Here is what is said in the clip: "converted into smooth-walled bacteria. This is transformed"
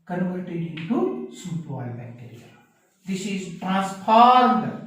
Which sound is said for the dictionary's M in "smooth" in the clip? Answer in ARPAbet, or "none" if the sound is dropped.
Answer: none